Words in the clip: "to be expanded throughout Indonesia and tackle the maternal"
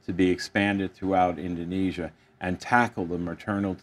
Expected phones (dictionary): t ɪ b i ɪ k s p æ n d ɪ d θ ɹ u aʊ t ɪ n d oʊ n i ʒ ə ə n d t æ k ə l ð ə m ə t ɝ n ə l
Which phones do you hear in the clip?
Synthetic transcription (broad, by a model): t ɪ b i ɪ k s p æ n d ɪ d θ ɹ u aʊ t ɪ n d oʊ n i ʒ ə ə n t æ k l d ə m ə t ɝ n l